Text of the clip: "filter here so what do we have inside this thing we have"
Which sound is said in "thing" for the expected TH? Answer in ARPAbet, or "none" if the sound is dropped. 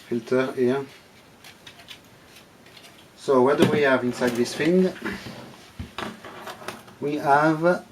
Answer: F